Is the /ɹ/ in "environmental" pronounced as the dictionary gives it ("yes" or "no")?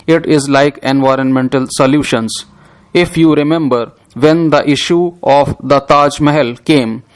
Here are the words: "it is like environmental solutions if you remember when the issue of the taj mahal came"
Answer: yes